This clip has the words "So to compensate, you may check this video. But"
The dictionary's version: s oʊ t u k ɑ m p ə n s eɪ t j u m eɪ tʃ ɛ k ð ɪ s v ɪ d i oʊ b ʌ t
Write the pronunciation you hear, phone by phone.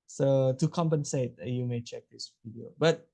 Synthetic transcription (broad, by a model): s oʊ t u k ɑ m p ə n s eɪ t j u m eɪ tʃ ɛ k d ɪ s p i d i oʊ b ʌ t